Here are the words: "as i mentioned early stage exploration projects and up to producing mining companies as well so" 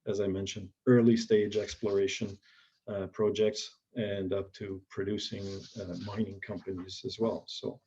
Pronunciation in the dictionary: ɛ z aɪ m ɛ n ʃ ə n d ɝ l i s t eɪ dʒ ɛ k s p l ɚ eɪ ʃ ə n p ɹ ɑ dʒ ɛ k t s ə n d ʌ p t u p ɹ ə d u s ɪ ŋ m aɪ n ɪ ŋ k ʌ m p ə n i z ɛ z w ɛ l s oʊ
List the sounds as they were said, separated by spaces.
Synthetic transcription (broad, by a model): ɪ z aɪ m ɛ n ʃ ə n d ɝ l i s t eɪ dʒ ɛ k s p l ɚ eɪ ʃ ə n p ɹ ɑ dʒ ɛ k t s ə n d ʌ p t u p ɹ ə d u s ɪ ŋ m aɪ n ɪ ŋ k ʌ m p ə n i z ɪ z w ɛ l s oʊ